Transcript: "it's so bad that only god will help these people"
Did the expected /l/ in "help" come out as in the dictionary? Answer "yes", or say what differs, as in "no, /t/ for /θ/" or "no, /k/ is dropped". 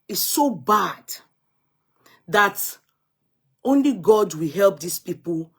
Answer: yes